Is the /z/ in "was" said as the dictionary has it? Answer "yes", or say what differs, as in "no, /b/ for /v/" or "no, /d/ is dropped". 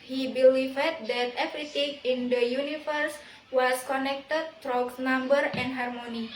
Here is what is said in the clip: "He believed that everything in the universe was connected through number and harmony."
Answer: no, /s/ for /z/